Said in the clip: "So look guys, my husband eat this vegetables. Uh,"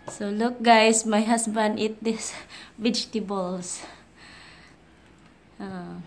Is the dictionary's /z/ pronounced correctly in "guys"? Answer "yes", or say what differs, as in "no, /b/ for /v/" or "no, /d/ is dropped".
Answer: no, /s/ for /z/